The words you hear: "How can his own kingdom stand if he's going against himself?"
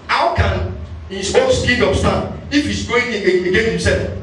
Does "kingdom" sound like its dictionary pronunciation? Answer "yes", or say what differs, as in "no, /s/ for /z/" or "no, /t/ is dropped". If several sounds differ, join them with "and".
no, /ŋ/ is dropped